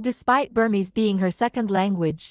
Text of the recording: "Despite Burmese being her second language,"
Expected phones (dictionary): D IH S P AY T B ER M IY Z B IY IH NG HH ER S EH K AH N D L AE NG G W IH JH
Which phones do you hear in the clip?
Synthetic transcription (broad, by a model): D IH S P AY T B ER M IY Z B IY IH NG HH ER S EH K AH N D L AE NG G W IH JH